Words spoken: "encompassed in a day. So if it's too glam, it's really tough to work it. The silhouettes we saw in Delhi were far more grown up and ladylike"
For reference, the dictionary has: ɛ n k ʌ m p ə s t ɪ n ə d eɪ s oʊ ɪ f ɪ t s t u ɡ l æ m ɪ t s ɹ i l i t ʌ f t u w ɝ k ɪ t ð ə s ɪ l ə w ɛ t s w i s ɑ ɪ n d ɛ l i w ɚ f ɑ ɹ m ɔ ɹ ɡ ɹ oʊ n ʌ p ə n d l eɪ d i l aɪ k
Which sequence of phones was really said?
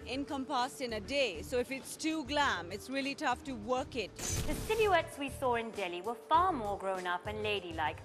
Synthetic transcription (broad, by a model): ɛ n k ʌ m p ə s t ɪ n ə d eɪ s oʊ ɪ f ɪ t s t u ɡ l æ m ɪ t s ɹ i l i t ʌ f t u w ɝ k ɪ t ð ə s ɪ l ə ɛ t s w i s ɑ ɪ n d ɛ l i w ɚ f ɑ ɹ m ɔ ɹ ɡ ɹ oʊ n ʌ p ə n l eɪ d i l aɪ k